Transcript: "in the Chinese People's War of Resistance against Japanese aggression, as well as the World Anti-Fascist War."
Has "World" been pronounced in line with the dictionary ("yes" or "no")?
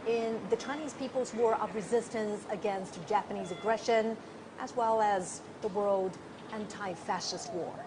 yes